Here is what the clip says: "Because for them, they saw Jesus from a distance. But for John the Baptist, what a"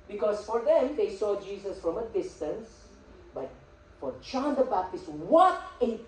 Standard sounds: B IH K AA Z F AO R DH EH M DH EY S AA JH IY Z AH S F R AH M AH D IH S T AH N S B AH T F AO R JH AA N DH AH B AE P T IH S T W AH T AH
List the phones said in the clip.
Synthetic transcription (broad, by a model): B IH K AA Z F AO R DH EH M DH EY S AA JH IY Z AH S F R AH M AH D IH S T AH N S B AH T F AO R CH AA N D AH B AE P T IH S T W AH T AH